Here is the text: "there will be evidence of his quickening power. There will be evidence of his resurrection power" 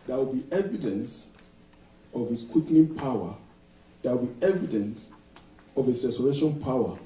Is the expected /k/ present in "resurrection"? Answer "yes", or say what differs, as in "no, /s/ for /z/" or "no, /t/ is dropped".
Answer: no, /k/ is dropped